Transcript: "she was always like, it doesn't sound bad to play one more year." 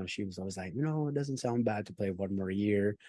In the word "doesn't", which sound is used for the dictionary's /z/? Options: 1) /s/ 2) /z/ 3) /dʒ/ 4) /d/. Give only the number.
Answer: 2